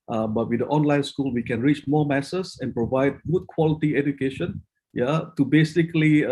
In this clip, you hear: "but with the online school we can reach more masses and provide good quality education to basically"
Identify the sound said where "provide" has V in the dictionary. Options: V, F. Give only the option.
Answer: V